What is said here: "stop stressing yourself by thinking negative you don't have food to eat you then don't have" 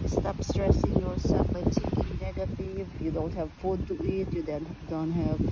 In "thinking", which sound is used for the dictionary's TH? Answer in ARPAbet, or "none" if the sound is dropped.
T